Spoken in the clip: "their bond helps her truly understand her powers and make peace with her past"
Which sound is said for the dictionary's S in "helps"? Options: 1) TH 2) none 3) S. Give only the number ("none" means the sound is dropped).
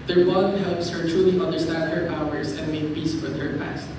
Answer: 3